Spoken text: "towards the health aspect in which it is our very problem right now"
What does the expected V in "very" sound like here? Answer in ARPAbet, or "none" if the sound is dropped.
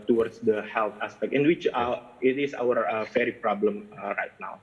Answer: F